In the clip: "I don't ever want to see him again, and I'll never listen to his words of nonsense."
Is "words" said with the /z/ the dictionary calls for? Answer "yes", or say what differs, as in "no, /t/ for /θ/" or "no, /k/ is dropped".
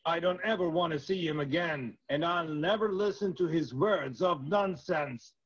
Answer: yes